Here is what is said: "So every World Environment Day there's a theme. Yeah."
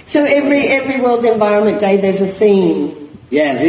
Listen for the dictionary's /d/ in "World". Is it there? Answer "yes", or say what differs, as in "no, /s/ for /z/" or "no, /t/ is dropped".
yes